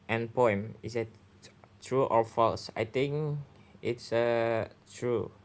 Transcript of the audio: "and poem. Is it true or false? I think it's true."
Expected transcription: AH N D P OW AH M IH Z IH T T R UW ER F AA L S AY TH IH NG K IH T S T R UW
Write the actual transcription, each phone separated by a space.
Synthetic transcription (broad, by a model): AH N P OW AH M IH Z IH T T R UW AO F AA L S AY T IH NG K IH T S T R UW